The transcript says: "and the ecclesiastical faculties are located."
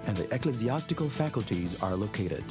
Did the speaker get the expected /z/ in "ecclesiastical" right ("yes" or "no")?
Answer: yes